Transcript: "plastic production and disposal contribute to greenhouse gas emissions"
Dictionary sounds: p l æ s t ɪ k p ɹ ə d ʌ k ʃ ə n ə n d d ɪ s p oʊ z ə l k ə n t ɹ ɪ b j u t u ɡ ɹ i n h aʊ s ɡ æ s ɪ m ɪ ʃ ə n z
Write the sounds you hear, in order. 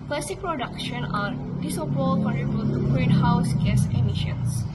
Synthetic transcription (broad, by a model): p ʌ s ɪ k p ɹ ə d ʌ k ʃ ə n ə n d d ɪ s oʊ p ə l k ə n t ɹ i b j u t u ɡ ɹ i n h aʊ s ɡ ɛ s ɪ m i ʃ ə n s